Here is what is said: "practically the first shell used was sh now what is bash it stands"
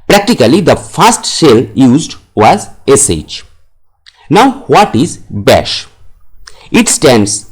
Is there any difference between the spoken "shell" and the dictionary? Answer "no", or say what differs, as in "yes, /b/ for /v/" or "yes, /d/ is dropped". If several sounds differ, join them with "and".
yes, /s/ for /ʃ/